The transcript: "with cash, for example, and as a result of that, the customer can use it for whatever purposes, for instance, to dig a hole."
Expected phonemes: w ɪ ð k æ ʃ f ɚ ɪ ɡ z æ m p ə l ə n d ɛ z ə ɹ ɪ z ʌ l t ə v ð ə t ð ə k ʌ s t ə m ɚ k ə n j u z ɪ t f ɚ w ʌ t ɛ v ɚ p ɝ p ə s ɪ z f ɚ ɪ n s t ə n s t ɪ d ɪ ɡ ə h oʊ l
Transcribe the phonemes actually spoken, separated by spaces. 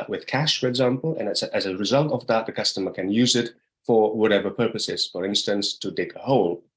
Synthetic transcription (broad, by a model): w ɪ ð k æ ʃ f ɚ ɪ ɡ z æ m p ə n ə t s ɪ z ə ɹ ɪ z ʌ l t ə v ð ə t ð ə k ʌ s t ə m ɚ k ə n j u z ɪ t f ɚ w ʌ t ɛ v ɚ p ɝ p ə s ɪ z f ɚ ɪ n s t ə n s t ɪ d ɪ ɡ ə h oʊ l